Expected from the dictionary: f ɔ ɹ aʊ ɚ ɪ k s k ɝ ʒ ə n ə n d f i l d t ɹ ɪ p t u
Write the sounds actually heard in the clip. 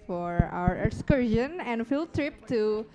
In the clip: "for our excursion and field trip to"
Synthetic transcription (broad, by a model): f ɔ ɹ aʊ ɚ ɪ k s k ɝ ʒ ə n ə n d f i l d t ɹ ɪ p t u